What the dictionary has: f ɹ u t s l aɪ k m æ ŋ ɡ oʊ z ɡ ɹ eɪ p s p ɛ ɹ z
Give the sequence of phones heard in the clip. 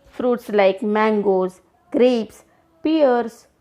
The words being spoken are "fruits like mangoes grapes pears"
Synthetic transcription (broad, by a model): f ɹ u t s l aɪ k m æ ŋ ɡ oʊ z ɡ ɹ eɪ p s p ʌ ɹ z